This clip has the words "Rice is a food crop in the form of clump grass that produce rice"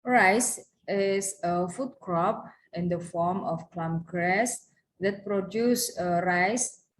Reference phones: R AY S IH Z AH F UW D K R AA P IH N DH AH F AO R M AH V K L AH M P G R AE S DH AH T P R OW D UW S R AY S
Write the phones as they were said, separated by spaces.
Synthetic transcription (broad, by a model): R AY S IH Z AH F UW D K R AA P IH N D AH F AO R M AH F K L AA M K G R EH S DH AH T P R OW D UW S R AY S